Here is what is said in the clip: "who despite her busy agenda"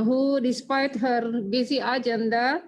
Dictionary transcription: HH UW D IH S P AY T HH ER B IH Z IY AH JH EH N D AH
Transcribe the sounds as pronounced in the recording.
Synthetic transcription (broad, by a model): HH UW D IH S P AY T HH ER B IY S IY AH JH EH N D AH